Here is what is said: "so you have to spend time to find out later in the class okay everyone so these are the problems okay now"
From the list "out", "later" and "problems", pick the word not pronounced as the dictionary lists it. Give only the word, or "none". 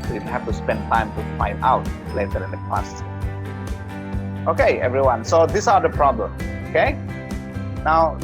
problems